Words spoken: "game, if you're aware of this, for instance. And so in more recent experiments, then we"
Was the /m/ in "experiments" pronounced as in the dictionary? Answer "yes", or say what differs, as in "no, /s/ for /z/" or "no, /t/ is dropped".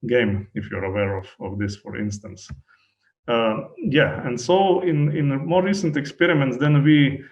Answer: yes